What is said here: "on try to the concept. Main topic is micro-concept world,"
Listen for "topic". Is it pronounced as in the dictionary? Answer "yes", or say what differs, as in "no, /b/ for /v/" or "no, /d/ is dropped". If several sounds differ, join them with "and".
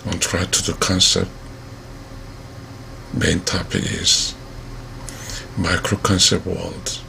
no, /k/ is dropped